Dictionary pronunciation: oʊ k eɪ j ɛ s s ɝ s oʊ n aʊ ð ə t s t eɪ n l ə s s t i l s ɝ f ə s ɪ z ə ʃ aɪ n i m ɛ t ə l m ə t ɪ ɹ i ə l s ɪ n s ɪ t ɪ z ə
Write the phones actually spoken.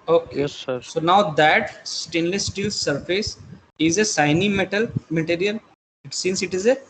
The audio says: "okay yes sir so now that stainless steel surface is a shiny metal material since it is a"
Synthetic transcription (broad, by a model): oʊ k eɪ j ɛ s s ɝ s oʊ n aʊ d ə t s t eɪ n l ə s s t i l s ɝ f ə s ɪ z ə s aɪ n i m ɛ t ə l m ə t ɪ ɹ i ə l s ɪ n s ɪ t ɪ z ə